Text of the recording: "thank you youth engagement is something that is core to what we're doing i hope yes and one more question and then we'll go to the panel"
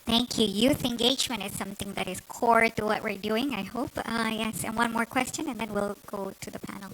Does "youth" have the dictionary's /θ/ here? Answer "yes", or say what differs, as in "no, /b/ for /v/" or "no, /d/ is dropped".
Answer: yes